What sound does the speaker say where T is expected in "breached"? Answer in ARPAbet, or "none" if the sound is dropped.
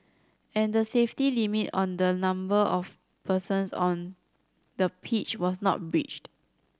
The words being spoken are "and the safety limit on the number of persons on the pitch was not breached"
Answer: T